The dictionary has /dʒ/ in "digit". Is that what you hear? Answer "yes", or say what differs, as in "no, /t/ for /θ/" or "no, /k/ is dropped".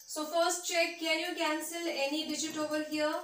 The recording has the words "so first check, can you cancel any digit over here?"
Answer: yes